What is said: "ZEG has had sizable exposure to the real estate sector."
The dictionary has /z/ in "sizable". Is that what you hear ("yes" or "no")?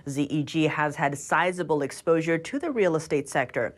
yes